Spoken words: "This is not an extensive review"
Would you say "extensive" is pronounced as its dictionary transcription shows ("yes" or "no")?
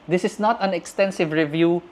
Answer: yes